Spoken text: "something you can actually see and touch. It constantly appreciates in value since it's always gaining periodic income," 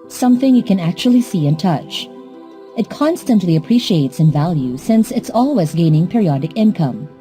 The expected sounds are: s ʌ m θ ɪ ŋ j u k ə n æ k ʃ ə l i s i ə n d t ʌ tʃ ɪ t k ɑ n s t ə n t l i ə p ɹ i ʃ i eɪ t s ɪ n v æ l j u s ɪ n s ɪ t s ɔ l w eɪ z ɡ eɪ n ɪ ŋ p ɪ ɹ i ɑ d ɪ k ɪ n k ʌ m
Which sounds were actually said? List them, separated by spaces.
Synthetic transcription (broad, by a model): s ʌ m θ ɪ ŋ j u k ə n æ k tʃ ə l i s i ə n t ʌ tʃ ɪ t k ɑ n s t ə n t l i ə p ɹ i ʃ i eɪ t s ɪ n v æ l j u s ɪ n s ɪ t s ɔ l w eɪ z ɡ eɪ n ɪ ŋ p ɪ ɹ i ɑ d ɪ k ɪ n k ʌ m